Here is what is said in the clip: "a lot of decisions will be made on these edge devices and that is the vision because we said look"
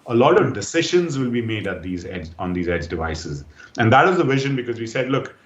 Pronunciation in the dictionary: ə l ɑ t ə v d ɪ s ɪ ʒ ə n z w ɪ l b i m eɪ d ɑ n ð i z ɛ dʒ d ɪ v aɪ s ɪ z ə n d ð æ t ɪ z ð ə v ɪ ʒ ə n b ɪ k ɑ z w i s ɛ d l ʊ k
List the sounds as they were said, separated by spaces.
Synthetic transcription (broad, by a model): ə l ɑ t ə v d ɪ s ɪ ʒ ə n z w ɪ l b i m eɪ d ɑ n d i z ɛ dʒ d ɪ v aɪ s ɪ z ə n d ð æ t ɪ z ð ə v ɪ ʒ ə n b ɪ k ɑ z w i s ɛ d l ʊ k